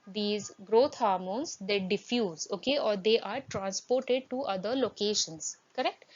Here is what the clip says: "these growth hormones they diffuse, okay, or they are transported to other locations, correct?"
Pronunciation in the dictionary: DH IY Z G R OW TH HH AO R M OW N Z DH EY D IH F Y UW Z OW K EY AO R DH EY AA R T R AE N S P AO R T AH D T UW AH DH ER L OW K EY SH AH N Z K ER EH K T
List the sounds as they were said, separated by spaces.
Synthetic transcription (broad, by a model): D IY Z G R OW T HH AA R M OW N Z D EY D IH F Y UW Z OW K EY AO R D EY AA R T R AE N S P AO R T AH D T UW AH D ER L OW K EY SH AH N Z K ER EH K T